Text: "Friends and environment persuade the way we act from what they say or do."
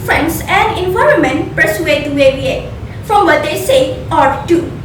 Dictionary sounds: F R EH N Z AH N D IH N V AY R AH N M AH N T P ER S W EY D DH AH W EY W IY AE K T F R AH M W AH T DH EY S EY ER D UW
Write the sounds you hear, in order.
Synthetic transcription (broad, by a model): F R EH N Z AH N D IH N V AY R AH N M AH N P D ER S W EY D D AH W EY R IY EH T F R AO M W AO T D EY S EY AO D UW